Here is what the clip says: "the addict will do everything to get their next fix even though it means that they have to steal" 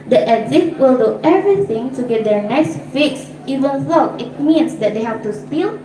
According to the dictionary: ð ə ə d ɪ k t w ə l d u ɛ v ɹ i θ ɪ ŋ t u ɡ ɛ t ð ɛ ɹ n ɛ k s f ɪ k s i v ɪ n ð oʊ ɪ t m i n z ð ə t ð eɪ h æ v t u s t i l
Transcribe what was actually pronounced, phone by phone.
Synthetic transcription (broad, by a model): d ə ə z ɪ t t w ə l d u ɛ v ɹ i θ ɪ ŋ t u ɡ ɛ t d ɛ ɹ n ɛ k s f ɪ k s i v ɪ n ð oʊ ɪ t m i n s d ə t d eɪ h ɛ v t u s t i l